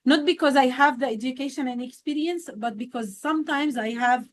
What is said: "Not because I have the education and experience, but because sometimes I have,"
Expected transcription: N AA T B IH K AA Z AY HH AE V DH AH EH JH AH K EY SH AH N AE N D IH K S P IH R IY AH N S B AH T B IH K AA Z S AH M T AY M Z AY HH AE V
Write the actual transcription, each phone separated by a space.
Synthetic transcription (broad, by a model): N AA T B IH K AA Z AY HH AE V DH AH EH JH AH K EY SH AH N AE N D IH K S P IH R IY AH N S B AH T B IH K AA Z S AH M T AY M Z AY HH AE V